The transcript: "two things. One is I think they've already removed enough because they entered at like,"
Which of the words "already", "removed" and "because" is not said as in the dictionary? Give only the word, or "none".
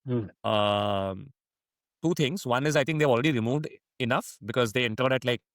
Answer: none